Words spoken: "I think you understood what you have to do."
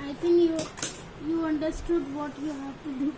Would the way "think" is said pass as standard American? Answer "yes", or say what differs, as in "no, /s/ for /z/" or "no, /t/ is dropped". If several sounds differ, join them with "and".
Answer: no, /t/ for /θ/